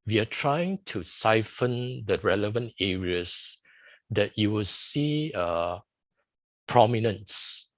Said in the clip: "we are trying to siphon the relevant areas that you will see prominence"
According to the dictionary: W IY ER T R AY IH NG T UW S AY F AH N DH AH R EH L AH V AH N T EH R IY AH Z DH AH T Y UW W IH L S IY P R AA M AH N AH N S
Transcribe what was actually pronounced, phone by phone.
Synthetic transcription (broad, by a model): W IY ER T R AY IH NG T UW S AY F AH N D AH R EH L AH V AH N T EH R IY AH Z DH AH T Y UW W IH L S IY P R AA M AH N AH N S